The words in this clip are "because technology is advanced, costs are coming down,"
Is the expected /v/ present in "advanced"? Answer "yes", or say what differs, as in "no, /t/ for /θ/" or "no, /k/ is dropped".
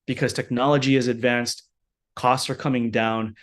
yes